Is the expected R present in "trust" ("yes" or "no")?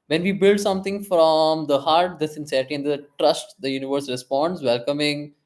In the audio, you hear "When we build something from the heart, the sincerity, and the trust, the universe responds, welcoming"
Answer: yes